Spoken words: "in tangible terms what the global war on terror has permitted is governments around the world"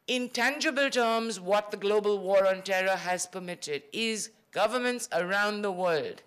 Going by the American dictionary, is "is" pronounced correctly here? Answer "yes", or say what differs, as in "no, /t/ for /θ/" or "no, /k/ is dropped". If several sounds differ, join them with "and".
yes